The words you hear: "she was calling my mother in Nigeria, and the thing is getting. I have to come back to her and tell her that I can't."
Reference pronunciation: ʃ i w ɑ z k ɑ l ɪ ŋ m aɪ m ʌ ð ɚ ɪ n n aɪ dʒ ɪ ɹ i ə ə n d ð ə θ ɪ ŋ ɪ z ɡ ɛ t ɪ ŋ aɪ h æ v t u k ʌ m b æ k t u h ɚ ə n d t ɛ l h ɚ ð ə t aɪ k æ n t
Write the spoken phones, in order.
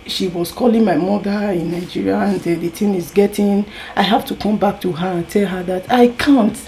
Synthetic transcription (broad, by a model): ʃ i w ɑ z k ɑ l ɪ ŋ m aɪ m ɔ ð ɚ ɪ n n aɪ dʒ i ɹ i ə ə n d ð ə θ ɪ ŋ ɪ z ɡ ɛ t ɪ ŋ aɪ h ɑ f t u k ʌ m b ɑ k t u h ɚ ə n t ɛ l h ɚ ð ə t aɪ k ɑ n t